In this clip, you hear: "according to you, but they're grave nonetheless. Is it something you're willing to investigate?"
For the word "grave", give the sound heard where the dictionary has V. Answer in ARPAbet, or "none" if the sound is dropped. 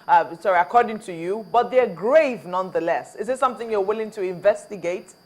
V